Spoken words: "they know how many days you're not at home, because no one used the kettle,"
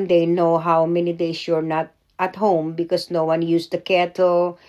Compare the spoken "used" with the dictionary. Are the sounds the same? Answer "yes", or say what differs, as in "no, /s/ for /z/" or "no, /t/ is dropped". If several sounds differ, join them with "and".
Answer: no, /s/ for /z/